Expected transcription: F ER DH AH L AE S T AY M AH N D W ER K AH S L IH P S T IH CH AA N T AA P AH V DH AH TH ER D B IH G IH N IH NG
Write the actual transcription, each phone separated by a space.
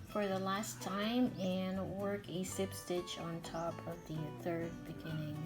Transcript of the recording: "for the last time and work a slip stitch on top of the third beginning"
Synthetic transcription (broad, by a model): F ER DH AH L AE S T AY M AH N W ER K AH S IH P S T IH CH N T AA P AH V DH AH TH ER D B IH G IH N IH NG